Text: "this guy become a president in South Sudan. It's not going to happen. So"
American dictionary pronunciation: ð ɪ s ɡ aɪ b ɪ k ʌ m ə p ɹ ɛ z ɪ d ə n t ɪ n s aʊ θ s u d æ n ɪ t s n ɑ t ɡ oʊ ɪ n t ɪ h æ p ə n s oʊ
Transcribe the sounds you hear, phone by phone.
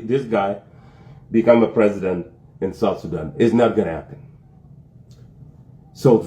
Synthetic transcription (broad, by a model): ð ɪ s ɡ aɪ b ɪ k ʌ m ə p ɹ ɛ z ɪ d ə n t ɪ n s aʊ s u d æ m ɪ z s n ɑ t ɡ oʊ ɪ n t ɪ h æ p ə n s oʊ